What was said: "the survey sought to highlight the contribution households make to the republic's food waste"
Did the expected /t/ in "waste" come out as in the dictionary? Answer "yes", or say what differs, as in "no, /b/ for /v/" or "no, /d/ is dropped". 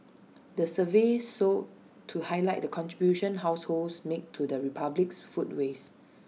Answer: no, /t/ is dropped